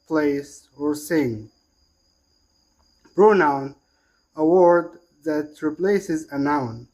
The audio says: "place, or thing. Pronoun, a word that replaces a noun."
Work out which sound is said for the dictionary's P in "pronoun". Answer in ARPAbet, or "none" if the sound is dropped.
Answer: B